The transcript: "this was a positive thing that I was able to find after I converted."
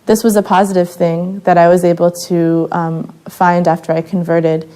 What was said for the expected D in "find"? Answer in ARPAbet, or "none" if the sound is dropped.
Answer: D